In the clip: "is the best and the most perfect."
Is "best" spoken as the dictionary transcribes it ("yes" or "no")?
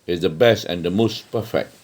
yes